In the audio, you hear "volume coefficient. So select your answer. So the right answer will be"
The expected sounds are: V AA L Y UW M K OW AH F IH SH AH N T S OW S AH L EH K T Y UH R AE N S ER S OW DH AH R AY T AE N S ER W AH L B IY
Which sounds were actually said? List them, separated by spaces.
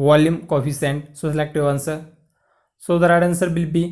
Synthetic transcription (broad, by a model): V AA L Y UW M K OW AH F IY S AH N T S OW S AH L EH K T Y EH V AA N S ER S OW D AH R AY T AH N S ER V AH L B IY